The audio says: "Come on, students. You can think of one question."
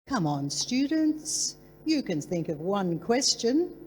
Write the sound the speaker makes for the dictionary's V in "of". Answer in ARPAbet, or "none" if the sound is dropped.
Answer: V